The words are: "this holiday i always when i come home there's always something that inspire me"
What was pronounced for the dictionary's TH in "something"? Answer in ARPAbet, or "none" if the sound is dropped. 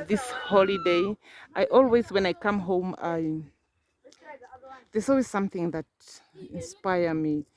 TH